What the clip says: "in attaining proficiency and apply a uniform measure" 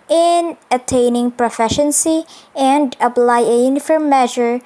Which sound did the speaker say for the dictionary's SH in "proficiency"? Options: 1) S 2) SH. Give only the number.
2